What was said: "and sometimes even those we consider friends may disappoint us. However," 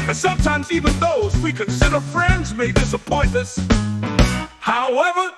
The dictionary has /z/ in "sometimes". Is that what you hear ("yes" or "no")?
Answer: yes